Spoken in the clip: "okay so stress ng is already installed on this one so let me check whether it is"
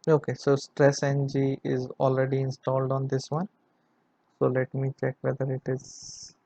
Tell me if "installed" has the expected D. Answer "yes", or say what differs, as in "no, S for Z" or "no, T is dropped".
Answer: yes